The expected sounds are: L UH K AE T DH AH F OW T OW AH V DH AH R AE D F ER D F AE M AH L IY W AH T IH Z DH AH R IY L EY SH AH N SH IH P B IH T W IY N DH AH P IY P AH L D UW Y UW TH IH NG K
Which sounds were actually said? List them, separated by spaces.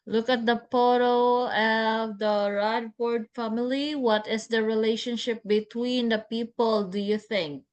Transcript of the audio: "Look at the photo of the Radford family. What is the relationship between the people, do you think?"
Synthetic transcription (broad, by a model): L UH K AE T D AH P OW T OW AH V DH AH R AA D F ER D F AE M AH L IY W AH T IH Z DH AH R IY L EY SH AH N SH IH P B IH T W IY N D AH P IY P AH L D UW Y UW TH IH NG K